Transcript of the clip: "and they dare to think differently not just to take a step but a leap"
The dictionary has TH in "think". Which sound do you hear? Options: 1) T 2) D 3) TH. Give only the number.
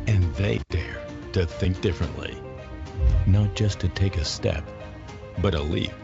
3